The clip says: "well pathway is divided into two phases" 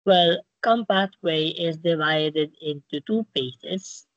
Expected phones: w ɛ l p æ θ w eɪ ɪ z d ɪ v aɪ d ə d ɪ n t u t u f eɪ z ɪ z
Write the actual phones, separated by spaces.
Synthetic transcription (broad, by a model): w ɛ l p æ t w eɪ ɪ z d ɪ v aɪ d ə d ɪ n t u t u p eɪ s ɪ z